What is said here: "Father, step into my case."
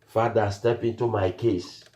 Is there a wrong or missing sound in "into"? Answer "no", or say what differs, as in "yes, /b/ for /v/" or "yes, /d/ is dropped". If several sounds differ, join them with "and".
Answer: no